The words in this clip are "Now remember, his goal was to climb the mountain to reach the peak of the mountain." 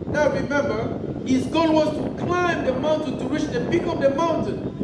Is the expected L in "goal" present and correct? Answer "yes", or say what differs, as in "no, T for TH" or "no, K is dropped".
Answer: no, N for L